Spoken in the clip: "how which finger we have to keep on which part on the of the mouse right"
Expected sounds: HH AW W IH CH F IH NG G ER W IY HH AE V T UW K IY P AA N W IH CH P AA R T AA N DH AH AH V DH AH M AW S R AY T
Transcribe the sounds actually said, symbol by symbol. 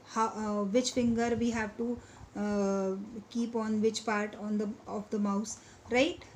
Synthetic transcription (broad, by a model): HH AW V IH CH F IH NG G ER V IY HH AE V T UW K IY P AA N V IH CH P AA R T AA N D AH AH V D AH M AW S R AY T